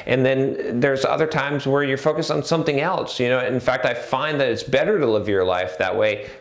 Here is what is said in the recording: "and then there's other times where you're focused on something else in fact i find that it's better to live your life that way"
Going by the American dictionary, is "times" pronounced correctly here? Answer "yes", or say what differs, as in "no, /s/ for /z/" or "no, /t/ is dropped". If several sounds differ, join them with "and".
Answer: yes